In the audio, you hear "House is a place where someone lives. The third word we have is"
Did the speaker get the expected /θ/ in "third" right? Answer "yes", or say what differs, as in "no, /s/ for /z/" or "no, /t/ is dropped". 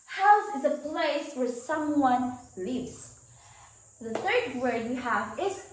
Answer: yes